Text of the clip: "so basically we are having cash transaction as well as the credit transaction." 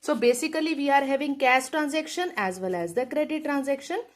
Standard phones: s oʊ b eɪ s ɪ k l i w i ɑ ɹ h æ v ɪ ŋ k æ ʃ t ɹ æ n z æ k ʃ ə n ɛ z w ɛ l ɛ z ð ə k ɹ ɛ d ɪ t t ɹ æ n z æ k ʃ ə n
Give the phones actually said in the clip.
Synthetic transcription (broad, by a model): s oʊ b eɪ s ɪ k l i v i ɑ ɹ h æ v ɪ ŋ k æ s t ɹ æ n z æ k ʃ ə n ɛ z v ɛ l ɛ z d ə k ɹ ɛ d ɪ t t ɹ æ n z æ k ʃ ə n